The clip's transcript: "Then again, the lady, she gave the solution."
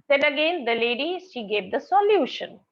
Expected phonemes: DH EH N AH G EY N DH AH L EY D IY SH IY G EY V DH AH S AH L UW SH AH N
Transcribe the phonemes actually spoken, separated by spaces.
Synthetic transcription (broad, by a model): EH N AH G EY N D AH L EY D IY SH IY G EY V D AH S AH L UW SH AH N